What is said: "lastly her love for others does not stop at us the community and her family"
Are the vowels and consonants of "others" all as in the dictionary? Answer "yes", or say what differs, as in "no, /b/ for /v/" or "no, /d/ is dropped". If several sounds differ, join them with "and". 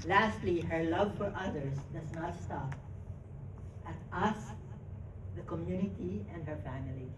no, /s/ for /z/